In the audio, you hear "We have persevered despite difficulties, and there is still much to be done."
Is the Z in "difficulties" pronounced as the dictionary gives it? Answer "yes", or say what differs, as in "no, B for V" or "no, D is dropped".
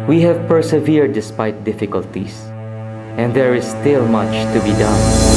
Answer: no, S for Z